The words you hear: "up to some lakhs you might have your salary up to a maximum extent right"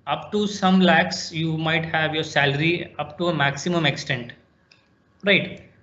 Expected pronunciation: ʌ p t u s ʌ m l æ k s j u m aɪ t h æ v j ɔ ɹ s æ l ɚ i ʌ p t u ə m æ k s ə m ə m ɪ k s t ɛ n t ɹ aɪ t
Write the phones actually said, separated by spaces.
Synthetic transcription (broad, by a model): ʌ p t u s ʌ m l æ k s j u m aɪ t h æ v j ɔ ɹ s æ l ɚ i ʌ p t u ə m æ k s ə m ə m ɪ k s t ɛ n t ɹ aɪ t